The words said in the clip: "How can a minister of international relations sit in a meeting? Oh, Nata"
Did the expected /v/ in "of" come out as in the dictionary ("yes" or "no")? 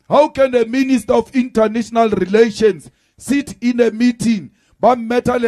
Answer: no